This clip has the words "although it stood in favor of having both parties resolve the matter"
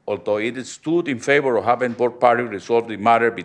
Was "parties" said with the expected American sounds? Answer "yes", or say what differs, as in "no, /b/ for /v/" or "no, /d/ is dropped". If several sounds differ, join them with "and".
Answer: no, /z/ is dropped